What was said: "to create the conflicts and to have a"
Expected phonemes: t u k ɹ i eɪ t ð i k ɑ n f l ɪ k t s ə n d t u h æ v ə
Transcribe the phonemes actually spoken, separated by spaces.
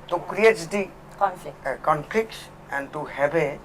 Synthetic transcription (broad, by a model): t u k ɹ i eɪ t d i k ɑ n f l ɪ k t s ə n d t u h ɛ b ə